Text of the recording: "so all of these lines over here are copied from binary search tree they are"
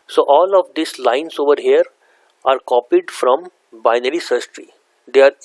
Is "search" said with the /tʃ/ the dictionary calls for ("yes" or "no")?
no